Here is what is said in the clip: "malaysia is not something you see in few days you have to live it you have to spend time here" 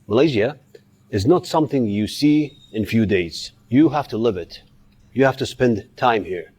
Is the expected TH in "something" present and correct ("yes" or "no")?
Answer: yes